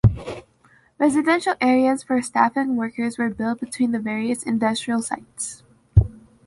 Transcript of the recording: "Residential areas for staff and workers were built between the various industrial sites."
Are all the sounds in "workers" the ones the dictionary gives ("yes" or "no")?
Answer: yes